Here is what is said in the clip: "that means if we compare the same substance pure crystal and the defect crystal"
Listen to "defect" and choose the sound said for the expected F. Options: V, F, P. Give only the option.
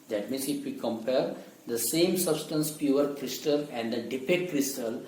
P